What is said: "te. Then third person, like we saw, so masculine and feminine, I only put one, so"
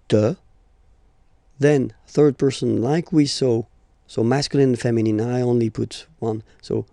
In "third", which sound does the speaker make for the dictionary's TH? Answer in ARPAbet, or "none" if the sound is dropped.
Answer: TH